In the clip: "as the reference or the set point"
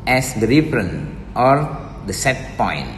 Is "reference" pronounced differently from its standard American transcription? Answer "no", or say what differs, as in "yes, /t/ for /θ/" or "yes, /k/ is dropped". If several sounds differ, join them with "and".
yes, /s/ is dropped